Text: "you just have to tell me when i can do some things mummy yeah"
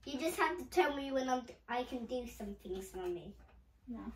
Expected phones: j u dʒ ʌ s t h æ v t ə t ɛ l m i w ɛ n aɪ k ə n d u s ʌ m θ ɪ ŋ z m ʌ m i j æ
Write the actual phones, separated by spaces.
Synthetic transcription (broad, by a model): j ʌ dʒ ʌ s t h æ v t ə t ɛ l m i w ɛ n aɪ k ə n d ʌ s ʌ m θ ɪ ŋ z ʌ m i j